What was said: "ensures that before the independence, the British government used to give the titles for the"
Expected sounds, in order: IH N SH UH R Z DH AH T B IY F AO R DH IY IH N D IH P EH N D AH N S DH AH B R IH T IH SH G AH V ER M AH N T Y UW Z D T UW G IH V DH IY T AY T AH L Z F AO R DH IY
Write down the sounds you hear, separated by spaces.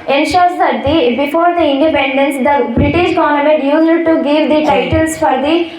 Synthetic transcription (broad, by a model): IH N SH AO R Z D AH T B IY F AO R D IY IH N D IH P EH N D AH N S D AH B R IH T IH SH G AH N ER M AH T Y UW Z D T UW G IH V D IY T AY T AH L S F AO R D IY